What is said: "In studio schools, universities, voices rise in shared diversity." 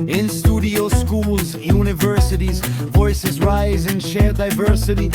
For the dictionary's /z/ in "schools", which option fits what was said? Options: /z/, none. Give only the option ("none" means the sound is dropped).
/z/